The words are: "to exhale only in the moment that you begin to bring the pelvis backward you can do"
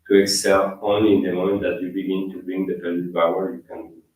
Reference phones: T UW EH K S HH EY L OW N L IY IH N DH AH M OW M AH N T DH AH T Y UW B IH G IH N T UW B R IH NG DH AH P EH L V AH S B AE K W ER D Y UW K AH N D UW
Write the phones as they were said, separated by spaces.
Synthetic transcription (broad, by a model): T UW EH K S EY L OW N L IY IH N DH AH M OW M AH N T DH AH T Y UW B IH G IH N T UW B R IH NG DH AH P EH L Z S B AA W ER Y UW K AH N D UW